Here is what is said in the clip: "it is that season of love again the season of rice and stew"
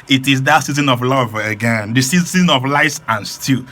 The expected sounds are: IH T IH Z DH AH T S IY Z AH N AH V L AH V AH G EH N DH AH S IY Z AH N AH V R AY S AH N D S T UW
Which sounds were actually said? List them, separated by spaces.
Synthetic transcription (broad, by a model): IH T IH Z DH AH T S IY Z AH N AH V L AH V AH G EH N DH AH S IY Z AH N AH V L AY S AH N S T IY